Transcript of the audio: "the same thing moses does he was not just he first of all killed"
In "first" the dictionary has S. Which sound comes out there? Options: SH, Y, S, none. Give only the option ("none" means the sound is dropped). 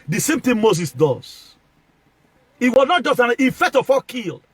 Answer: none